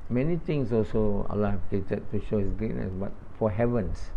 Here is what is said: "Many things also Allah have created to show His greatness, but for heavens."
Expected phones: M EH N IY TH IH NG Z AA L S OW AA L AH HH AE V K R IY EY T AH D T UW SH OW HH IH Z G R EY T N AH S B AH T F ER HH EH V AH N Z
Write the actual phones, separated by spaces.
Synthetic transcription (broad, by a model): M EH N IY T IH NG S AA L S OW AA L AH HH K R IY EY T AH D T UW SH OW HH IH S G R EY T N AH S B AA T F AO HH EH V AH N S